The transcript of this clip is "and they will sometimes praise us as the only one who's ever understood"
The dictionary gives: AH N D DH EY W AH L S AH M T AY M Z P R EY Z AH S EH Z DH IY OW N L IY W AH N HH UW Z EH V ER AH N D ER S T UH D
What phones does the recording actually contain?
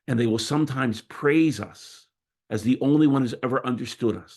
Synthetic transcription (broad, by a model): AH N DH EY W AH L S AH M T AY M Z P R EY Z AH S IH Z DH IY OW N L IY W AH N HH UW Z EH V ER AH N D ER S T UH D